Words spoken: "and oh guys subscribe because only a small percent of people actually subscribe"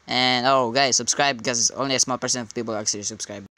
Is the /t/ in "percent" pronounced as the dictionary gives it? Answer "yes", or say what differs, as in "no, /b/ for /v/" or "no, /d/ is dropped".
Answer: no, /t/ is dropped